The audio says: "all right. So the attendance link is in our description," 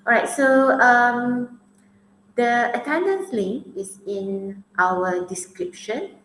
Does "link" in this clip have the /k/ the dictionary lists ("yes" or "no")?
no